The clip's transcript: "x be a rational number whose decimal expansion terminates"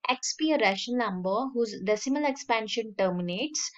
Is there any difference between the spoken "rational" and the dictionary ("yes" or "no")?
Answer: yes